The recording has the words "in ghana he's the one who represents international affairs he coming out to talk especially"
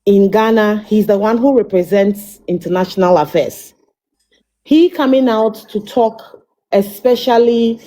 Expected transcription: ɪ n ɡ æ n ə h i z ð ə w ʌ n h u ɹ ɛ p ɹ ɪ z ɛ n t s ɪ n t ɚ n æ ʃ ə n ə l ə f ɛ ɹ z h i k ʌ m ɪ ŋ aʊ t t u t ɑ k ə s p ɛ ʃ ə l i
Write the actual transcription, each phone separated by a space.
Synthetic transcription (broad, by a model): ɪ n ɡ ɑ n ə h i z ð ə w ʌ n h u ɹ ɛ p ɹ ɪ z ɛ n t s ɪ n t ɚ n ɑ ʃ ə n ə l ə f ɛ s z h i k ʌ m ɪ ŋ aʊ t t u t ɑ k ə s p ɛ ʃ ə l i